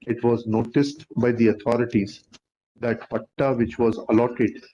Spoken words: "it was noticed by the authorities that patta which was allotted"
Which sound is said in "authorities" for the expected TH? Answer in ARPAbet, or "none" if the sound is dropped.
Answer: T